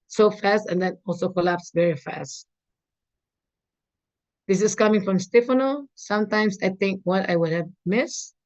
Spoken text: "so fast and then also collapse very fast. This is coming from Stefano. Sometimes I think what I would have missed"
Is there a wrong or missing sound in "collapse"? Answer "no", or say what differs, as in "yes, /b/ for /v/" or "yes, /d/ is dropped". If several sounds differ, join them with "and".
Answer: no